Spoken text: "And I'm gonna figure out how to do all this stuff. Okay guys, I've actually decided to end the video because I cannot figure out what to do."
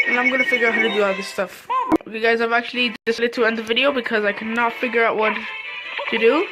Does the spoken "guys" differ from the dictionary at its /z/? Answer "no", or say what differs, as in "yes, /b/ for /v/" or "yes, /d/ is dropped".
no